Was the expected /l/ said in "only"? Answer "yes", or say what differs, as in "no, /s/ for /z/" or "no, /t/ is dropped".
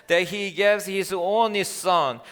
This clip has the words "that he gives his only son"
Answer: no, /l/ is dropped